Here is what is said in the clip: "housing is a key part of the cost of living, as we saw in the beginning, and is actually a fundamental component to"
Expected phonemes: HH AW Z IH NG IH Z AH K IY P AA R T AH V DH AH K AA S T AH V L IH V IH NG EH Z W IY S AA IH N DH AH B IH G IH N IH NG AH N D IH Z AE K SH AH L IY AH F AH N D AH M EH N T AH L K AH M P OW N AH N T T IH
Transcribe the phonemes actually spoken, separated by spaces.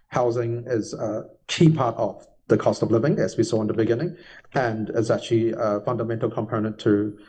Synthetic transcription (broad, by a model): HH AW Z IH NG IH Z AH K IY P AA R T AH V DH AH K AA S T AH V L IH V IH NG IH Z W IY S AA IH N DH AH B IH G IH N IH NG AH N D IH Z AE K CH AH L IY AH F AH N D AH M EH N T L K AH M P OW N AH N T T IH